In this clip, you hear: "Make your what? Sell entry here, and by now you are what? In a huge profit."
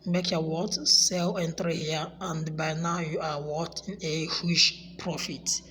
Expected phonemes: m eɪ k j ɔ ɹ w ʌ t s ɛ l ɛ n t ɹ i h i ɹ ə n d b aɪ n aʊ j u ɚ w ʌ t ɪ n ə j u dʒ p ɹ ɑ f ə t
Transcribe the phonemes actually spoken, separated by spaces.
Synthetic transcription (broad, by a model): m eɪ k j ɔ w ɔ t s ɛ l ɛ n t ɹ i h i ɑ ə n d b aɪ n aʊ j u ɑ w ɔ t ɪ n ə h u ʃ p ɹ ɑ f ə t